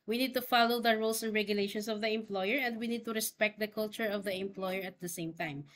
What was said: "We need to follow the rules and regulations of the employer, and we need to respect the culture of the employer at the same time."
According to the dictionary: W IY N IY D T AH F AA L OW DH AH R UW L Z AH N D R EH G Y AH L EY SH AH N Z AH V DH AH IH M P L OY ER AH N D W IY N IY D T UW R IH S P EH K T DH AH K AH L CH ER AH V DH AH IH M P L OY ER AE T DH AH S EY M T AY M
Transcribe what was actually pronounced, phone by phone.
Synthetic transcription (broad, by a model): W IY N IY D T AH F AA L OW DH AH R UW L S AH N D R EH G Y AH L EY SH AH N S AH V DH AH IH M P L OY ER AH N D W IY N IY D T UW R IH S P EH K T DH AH K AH L CH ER AH V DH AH IH M P L OY ER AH T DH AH S EY M T AY M